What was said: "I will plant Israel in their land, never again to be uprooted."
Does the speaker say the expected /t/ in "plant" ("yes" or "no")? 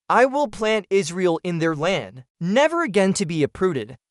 yes